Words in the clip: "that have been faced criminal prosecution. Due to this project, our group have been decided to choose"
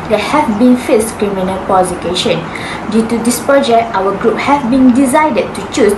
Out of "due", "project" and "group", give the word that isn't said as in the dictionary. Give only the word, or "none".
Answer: project